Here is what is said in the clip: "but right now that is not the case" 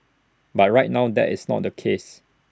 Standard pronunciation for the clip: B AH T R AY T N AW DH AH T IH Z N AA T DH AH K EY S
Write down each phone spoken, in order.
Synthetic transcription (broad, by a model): B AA T R AY T N AW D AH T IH S N AA T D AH K EY S